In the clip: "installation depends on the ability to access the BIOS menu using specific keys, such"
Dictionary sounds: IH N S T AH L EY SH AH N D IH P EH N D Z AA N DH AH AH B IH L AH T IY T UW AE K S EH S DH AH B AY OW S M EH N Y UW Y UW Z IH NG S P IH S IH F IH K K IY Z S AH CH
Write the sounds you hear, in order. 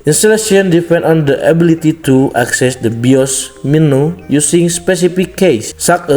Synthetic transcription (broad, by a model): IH N S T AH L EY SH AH N D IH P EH N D AA N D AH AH B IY L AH T IY T UW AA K S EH S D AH B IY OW S M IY N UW Y UW S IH NG S P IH S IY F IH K K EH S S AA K